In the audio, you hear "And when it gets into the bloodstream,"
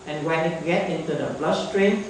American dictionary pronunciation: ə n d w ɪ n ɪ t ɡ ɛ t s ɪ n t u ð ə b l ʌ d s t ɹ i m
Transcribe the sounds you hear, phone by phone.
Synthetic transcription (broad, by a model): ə n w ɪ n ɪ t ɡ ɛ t ɪ n t u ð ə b l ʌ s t ɹ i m